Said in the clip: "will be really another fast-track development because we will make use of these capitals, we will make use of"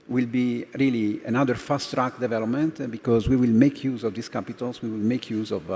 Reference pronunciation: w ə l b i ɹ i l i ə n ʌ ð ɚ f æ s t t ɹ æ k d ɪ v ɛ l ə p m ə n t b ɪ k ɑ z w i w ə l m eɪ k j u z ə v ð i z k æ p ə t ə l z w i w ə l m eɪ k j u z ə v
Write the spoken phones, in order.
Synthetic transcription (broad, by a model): w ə l b i ɹ i l i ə n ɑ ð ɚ f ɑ s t t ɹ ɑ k d ɪ v ɛ l ə p m ə n t b ɪ k ɑ z w i w ə l m eɪ k j u z ə v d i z k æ p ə t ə l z w i w ə l m eɪ k j u z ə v